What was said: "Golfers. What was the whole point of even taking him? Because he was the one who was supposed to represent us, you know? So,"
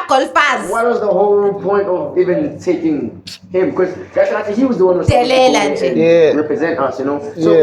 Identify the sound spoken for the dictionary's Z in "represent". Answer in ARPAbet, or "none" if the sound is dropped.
Z